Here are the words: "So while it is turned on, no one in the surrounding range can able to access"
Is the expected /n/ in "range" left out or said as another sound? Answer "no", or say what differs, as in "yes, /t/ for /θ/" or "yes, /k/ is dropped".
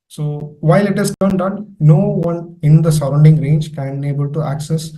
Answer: no